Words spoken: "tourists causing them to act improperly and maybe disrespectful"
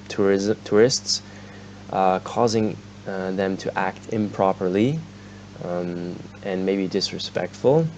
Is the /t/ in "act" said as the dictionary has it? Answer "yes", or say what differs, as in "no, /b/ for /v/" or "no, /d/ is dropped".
yes